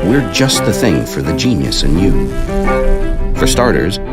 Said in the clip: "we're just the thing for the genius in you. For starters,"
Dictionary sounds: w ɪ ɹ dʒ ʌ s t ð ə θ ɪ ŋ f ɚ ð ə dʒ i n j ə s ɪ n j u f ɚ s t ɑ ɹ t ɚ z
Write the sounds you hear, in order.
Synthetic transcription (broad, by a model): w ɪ ɹ dʒ ʌ s t ð ə θ ɪ ŋ f ɚ ð ə dʒ i n j ə s ɪ n j u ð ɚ s t ɑ ɹ t ɚ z